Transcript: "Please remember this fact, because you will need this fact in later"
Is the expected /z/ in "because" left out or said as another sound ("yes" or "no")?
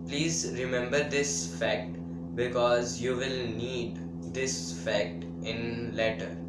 no